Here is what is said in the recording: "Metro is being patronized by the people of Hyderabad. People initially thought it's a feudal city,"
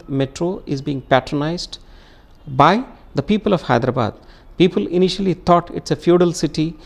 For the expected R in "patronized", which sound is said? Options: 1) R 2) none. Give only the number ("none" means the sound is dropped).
1